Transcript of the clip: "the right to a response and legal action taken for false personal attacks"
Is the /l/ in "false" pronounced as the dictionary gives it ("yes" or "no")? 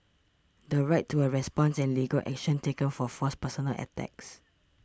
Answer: no